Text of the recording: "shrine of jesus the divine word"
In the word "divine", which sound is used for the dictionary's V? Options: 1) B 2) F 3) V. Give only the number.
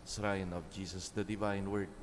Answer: 3